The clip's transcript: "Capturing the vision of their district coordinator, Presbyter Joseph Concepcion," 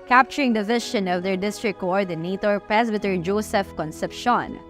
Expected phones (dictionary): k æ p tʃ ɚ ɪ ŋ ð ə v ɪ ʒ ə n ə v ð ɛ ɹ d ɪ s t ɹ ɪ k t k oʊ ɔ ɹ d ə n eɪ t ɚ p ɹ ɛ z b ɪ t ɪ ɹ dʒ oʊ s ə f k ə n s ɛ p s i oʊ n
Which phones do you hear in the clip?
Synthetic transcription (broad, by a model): k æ p tʃ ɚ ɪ ŋ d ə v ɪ ʃ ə n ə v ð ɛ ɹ d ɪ s t ɹ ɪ k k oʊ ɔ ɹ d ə n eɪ t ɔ p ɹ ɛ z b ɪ t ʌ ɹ dʒ oʊ s ə f k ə n s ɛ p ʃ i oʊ n